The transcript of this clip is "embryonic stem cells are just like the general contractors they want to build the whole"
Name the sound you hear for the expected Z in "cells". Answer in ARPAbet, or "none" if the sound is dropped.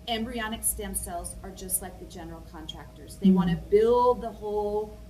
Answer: Z